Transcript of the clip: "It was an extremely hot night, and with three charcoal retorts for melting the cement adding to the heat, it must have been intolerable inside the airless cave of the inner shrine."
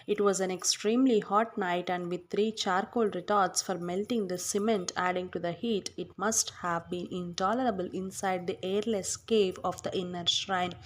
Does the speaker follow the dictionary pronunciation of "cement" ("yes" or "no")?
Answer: yes